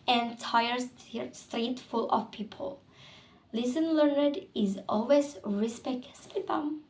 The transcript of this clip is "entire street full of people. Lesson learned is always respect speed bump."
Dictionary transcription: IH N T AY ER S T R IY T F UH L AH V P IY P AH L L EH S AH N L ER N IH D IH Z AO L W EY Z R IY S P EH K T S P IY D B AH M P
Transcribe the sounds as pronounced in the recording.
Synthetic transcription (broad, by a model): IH N T AY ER S T R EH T F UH L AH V P IY P AH L L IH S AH N L ER N IH D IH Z AO L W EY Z R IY S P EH K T S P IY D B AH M